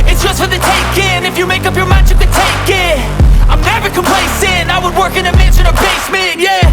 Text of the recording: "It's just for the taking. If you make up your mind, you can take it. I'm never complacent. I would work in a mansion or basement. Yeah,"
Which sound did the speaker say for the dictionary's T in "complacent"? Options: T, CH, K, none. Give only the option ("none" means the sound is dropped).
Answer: none